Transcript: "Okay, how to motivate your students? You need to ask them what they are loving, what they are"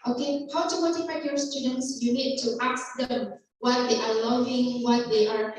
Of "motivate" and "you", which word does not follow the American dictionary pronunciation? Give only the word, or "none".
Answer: motivate